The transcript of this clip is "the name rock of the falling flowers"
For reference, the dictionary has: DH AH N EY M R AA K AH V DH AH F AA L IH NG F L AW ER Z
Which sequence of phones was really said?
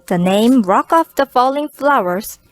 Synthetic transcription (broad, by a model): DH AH N EY M R AA K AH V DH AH F AA L IH NG F L AW ER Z